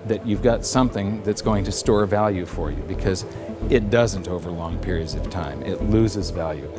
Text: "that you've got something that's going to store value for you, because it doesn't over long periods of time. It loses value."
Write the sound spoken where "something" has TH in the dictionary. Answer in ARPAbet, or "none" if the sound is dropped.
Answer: TH